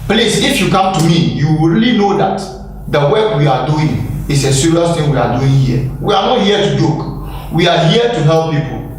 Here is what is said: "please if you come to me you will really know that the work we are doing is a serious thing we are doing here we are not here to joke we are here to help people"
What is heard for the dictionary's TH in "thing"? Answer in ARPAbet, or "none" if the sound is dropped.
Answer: T